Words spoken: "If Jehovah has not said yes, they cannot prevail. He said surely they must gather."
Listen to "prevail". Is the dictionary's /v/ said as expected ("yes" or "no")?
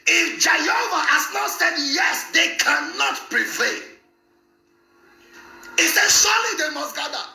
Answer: no